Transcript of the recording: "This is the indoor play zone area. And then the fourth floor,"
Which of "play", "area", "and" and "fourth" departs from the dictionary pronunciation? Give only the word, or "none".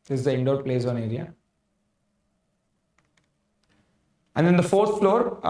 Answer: fourth